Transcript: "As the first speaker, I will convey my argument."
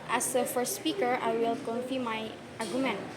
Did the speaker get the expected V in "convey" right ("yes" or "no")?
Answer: no